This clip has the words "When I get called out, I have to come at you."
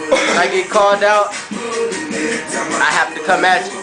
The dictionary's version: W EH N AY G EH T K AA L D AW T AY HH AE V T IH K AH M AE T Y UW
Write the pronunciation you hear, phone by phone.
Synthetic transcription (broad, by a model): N AY G EH T K AA L D AW T AY HH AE F T IH K AH M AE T